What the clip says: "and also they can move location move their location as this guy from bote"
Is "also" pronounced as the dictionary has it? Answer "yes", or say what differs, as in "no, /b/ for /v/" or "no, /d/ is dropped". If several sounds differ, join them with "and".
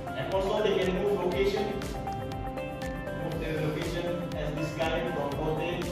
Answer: no, /l/ is dropped